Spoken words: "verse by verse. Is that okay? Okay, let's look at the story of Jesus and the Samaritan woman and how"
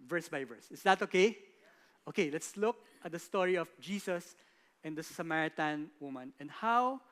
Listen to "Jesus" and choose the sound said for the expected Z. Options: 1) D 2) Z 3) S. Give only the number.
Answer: 3